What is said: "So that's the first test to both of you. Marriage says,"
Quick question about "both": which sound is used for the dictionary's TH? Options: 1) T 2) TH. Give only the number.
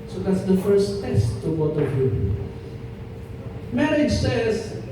1